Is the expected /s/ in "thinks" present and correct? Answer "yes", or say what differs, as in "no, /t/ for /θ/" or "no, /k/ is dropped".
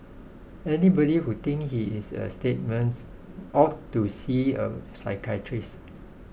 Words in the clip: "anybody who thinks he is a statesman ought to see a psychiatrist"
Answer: no, /s/ is dropped